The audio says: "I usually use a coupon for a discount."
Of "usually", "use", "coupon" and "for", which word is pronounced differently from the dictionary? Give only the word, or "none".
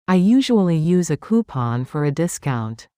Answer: none